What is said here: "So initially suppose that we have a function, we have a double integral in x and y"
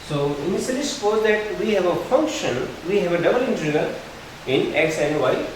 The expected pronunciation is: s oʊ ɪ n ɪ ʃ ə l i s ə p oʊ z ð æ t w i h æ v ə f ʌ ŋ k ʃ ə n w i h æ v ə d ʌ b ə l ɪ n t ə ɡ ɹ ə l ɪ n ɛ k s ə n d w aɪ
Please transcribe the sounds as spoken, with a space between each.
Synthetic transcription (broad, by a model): s oʊ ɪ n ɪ s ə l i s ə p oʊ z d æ t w i h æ v ə f ʌ ŋ k ʃ ə n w i h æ v ə d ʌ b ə l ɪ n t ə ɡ ə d ɪ n ɛ k s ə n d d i